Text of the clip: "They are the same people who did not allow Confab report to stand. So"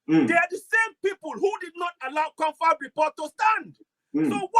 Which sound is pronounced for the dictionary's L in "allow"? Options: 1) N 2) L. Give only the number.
2